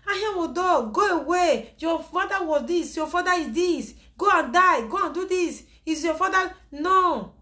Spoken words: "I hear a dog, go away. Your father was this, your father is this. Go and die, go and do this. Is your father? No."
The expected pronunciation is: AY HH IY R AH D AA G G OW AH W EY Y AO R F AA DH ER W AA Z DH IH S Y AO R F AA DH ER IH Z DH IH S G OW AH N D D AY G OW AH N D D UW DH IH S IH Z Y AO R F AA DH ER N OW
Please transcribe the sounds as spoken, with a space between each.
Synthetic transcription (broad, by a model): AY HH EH W AH D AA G G OW AH W EY Y AO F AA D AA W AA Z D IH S Y AO F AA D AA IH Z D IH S G OW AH N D D AY G OW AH N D D UW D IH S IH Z Y AO F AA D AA N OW